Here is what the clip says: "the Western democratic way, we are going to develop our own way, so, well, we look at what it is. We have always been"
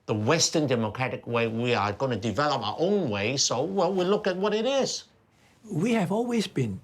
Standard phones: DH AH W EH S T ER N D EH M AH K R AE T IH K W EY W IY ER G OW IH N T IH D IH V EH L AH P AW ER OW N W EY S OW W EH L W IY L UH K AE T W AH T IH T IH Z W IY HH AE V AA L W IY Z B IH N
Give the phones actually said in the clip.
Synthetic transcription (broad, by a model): DH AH W EH S T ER N D EH M AH K R AE T IH K W EY W IY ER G OW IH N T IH D IH V EH L AH P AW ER OW N W EY S OW W EH L W IY L UH K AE T W AH T IH T IH Z W IY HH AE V AA L W IY Z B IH N